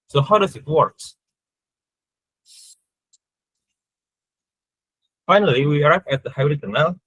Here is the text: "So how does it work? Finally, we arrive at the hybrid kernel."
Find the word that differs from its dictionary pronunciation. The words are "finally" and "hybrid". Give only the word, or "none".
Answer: hybrid